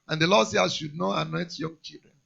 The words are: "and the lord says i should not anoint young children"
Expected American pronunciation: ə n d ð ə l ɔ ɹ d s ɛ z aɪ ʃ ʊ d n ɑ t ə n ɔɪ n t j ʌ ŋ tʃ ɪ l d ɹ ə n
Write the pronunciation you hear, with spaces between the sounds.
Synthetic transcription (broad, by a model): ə n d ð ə l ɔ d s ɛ aɪ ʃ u d n ɑ t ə n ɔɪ t j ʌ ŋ tʃ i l d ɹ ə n